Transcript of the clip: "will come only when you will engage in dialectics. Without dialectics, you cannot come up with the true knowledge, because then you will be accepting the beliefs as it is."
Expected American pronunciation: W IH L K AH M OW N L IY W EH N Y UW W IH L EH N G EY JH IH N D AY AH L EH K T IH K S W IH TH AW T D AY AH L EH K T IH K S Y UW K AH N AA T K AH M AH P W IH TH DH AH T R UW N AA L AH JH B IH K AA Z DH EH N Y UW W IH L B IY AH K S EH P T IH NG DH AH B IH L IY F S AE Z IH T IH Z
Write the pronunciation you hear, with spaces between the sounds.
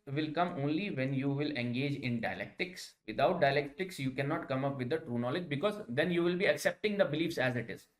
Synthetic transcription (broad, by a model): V IH L K AH M OW N L IY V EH N Y UW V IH L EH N G EY JH IH N D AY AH L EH K T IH K S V IH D AW T D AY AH L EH K T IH K S Y UW K AH N AA T K AH M AH P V IH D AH T R UW N AA L AH JH B IH K AA Z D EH N Y UW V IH L B IY AH K S EH P T IH NG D AH B IH L IY F S AE Z IH T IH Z